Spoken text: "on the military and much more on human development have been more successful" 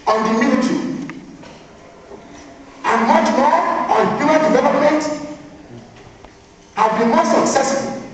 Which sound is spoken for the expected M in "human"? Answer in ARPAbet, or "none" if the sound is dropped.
none